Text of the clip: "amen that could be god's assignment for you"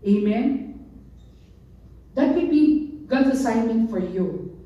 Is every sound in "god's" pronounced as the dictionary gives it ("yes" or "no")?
no